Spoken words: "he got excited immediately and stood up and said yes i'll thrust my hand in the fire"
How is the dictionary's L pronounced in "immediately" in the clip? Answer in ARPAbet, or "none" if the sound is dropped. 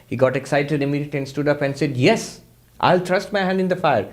none